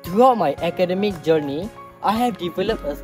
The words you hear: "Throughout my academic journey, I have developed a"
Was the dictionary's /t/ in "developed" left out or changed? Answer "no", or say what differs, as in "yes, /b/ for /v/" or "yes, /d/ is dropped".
yes, /t/ is dropped